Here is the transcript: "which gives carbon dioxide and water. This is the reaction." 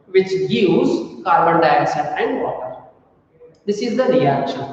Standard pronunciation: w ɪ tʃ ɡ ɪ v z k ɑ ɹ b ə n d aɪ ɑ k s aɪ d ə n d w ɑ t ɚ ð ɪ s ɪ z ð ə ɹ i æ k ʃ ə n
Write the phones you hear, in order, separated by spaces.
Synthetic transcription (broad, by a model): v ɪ tʃ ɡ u z k ɑ ɹ b ə n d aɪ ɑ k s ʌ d ə n d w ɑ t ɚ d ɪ s ɪ z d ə ɹ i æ k ʃ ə n